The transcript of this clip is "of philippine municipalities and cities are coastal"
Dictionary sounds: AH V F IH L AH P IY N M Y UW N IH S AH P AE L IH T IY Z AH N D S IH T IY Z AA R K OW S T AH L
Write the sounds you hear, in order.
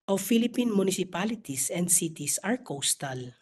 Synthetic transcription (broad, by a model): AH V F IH L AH P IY N M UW N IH S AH P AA L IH T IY S AH N D S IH T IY S AA R K OW S T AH L